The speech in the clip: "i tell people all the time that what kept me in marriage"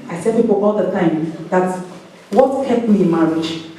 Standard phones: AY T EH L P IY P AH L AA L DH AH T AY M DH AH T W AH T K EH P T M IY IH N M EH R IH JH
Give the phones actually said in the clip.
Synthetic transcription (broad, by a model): AY S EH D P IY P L AA L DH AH T AY M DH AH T W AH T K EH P M IY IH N M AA R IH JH